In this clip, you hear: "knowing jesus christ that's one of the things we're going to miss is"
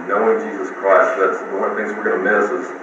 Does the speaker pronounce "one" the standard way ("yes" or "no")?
no